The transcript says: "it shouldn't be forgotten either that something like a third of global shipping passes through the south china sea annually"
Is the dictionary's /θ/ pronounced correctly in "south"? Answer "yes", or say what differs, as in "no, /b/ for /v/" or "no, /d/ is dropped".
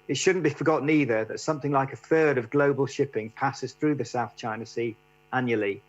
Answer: yes